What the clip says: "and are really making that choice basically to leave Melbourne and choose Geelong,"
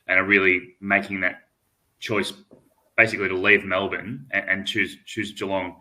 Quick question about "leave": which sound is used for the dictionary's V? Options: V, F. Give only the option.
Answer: V